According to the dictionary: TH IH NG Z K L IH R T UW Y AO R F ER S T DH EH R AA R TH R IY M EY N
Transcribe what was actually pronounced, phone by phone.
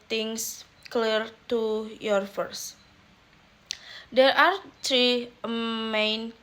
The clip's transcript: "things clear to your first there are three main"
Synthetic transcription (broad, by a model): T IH NG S K L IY R T UW Y AO R F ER S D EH R AA R T R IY M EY N